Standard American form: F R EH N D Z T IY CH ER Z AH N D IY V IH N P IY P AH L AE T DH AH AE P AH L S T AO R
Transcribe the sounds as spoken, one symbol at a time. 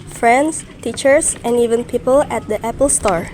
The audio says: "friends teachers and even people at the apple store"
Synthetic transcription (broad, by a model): F R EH N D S T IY CH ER S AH N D IY V IH N P IY P AH L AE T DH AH AE P AH L S T AO R